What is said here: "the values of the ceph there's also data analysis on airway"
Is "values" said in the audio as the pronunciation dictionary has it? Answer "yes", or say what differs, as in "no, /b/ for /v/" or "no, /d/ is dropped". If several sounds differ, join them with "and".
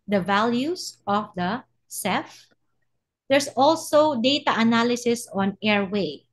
no, /s/ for /z/